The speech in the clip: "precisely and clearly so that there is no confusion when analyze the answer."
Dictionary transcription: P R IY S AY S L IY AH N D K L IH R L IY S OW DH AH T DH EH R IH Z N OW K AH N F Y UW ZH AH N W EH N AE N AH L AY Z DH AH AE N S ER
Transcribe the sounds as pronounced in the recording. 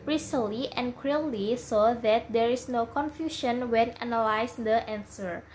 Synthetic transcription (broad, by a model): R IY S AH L IY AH N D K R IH L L IY S OW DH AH T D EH R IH S N OW K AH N F Y UW SH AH N W EH N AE N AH L AY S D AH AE N S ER